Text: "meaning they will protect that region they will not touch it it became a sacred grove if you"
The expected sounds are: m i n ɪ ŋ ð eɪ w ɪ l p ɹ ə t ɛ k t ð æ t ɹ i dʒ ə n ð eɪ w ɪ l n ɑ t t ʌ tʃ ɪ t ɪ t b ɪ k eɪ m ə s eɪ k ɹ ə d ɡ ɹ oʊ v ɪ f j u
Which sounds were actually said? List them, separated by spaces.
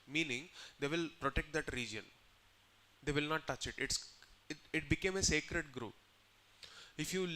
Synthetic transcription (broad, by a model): m i n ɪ ŋ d eɪ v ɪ l p ɹ ə t ɛ k t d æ t ɹ i dʒ ə n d eɪ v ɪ l n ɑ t t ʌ tʃ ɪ t ɪ t b ɪ k eɪ m ə s eɪ k ɹ ə d ɡ ɹ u p ɪ f j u